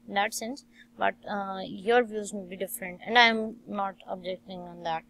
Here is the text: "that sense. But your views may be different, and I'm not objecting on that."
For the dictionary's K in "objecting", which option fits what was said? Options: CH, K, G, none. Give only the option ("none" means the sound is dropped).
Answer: K